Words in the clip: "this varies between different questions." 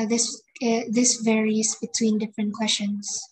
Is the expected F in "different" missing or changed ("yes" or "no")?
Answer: no